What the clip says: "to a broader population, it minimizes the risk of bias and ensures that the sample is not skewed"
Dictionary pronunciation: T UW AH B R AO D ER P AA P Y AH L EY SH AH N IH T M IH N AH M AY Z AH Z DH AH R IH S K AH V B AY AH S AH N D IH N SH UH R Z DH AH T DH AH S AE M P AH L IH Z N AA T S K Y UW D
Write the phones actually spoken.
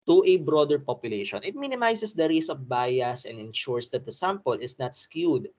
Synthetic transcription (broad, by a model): T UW AH B R AO D ER P AA P Y AH L EY SH AH N IH T M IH N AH M AY S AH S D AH R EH S AH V B AY AH S AH N D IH N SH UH R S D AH T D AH S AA M P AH L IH S N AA T S K Y UW D